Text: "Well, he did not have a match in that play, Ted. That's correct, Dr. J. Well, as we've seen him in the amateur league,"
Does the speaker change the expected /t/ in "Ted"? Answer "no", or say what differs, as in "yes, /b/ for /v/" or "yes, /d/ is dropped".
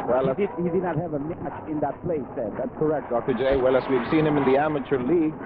yes, /s/ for /t/